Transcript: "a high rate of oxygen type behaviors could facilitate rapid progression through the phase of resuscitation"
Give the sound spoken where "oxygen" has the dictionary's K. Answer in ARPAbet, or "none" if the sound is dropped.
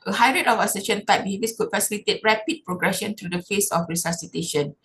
none